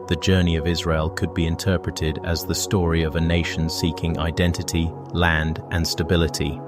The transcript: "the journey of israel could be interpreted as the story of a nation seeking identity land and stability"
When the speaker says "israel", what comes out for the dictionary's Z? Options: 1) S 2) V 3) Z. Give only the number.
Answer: 3